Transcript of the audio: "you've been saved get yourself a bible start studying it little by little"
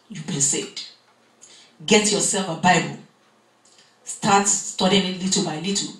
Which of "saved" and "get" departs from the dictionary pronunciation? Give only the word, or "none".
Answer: saved